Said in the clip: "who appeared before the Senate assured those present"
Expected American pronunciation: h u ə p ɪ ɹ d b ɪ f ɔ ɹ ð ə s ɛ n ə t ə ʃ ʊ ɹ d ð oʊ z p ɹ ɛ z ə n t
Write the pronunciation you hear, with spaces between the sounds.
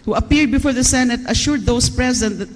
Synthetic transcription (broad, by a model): h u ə p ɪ ɹ d b ɪ f ɔ ɹ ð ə s ɛ n ə t ə ʃ ʊ ɹ d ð oʊ s p ɹ ɛ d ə n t